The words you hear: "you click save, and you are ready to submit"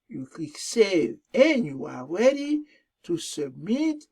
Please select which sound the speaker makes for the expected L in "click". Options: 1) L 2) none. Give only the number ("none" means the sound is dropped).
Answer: 2